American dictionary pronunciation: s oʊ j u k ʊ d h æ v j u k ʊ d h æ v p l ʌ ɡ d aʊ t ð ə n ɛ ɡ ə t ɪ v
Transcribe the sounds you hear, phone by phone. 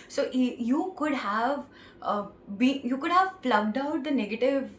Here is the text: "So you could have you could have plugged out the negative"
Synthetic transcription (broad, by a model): s oʊ j u k ʊ d h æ v j u k ʊ d h æ v f l ʌ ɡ d aʊ t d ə n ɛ ɡ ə t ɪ v